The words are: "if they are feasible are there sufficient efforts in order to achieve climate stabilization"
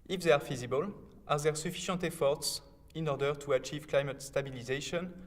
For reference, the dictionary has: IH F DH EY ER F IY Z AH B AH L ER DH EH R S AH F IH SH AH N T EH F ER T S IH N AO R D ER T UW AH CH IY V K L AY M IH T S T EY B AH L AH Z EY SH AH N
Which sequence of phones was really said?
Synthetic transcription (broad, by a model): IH F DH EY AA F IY Z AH B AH L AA DH EH R S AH F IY SH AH N T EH F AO T S IH N AO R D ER T UW AH CH IY V K L AY M IH T S T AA B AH L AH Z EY SH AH N